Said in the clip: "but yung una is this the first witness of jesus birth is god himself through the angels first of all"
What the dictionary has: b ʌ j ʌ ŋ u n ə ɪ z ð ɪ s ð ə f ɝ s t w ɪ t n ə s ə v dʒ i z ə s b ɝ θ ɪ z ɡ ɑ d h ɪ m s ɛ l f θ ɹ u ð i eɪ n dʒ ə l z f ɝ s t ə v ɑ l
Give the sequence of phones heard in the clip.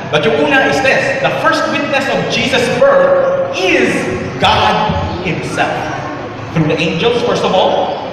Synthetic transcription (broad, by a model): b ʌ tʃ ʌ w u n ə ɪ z ð ɪ s ð ə f ɝ s t w ɪ t n ə s ə v dʒ i z ə s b ɝ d ɪ z ɡ ɑ d h ɪ m s ɛ l f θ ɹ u ð i eɪ n dʒ ə l z f ɝ s t ə v ɑ l